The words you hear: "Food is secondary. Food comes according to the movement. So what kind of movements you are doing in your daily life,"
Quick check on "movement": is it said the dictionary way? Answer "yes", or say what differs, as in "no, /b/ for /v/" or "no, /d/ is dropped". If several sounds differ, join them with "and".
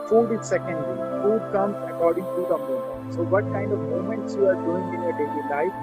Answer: no, /v/ is dropped